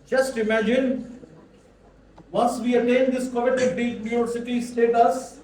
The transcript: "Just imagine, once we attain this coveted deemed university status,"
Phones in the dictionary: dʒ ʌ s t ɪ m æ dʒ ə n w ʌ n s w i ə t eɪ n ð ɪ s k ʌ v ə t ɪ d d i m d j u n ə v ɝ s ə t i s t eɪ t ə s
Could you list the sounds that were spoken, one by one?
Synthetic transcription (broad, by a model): dʒ ʌ s t ɪ m æ dʒ ə n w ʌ n s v i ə t eɪ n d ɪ s k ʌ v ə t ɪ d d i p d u ə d s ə t i s t eɪ t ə s